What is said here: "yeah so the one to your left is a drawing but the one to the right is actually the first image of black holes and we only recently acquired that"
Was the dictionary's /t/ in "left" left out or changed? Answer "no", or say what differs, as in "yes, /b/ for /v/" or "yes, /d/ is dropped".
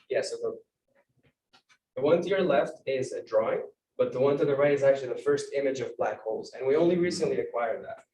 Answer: no